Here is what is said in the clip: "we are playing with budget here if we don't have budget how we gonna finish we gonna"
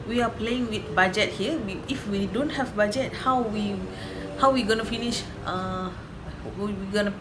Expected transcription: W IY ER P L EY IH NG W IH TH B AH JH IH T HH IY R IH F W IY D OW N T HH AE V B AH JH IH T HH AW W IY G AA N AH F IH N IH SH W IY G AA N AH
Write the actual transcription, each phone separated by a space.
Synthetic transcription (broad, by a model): W IY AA P L EY IH NG W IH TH B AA JH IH T HH IY W IH F W IY D OW N T HH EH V B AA JH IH T HH AW W IY G AA N AH F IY N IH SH W IY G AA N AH